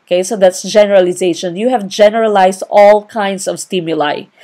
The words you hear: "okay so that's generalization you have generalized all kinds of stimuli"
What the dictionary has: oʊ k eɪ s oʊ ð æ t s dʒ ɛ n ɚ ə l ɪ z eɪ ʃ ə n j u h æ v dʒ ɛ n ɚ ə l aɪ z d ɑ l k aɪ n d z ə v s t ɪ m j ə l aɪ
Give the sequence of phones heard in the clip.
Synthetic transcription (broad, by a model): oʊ k eɪ s oʊ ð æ t s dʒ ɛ n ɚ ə l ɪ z eɪ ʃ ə n j u h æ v dʒ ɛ n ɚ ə l aɪ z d ɑ l k aɪ n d s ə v s t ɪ m j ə l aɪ